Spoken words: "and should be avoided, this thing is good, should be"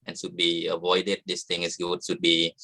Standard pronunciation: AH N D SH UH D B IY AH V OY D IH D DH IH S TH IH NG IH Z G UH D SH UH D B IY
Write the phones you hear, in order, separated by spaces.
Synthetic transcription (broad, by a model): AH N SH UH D B IY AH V OY D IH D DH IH S T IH NG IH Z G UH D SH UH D B IY